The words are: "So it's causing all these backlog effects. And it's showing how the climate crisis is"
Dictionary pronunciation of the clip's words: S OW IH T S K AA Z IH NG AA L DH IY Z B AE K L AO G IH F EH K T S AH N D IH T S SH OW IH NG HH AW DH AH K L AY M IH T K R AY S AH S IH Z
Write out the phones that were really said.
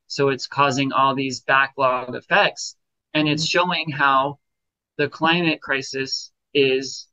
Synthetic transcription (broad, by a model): S OW IH T S K AA Z IH NG AA L DH IY Z B AE K L AO G IH F EH K T S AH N IH T S SH OW IH NG HH AW DH AH K L AY M IH T K R AY S AH S IH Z